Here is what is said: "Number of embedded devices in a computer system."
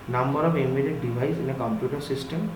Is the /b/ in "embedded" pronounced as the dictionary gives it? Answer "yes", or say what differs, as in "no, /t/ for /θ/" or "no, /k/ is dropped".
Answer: no, /b/ is dropped